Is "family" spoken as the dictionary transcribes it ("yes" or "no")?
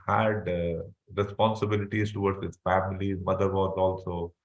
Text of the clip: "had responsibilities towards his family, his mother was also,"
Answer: no